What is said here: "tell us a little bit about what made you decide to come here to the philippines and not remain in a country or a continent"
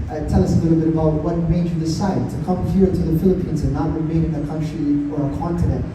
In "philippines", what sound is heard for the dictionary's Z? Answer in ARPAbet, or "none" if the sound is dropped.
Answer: Z